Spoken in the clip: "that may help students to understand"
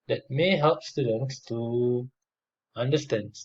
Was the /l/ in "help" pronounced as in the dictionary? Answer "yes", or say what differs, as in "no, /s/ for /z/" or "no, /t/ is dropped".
yes